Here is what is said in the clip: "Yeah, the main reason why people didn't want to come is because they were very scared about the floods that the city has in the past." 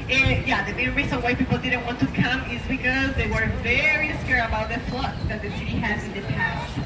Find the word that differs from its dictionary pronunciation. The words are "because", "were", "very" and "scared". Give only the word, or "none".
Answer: scared